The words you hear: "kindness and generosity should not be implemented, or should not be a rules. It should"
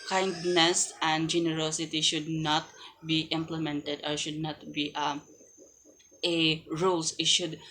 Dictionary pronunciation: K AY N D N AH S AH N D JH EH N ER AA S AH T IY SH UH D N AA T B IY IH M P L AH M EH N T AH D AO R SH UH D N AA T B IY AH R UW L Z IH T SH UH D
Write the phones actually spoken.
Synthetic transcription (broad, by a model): K AY N D N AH S AH N D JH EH N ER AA S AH T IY SH UH D N AA T B IY IH M P L AH M EH N T AH D AO R SH UH D N AA T B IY AH R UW L S IH T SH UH D